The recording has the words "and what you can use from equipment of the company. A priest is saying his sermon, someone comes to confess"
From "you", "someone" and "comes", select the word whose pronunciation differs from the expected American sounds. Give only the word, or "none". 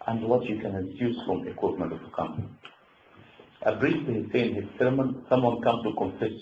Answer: comes